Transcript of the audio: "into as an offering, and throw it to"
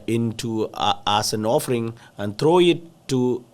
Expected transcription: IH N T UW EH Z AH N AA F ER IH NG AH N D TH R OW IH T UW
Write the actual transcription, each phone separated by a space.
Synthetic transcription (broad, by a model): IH N T UW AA S AH N AA F ER IH NG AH N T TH R OW IH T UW